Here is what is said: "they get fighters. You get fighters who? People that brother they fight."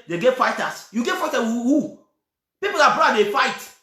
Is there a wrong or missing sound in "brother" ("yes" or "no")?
yes